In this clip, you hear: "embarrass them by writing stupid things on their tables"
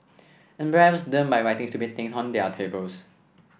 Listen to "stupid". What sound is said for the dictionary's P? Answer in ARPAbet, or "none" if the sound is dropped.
B